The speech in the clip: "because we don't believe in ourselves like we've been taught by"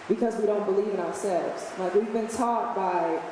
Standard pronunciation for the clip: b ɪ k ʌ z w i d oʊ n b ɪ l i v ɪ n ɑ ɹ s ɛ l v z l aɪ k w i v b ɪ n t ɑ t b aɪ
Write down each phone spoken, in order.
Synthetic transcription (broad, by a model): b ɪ k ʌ z w i d oʊ n b ɪ l i v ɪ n ɑ ɹ s ɛ l v z l aɪ k w i v b ɪ n t ɑ t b aɪ